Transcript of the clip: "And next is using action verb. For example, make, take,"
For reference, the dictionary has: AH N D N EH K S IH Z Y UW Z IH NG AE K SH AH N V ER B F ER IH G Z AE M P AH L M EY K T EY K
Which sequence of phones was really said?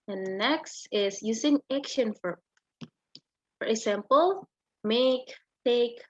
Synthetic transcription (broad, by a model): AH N N EH K S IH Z Y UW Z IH NG AE K SH AH N F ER F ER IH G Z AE M P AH L M EY K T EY K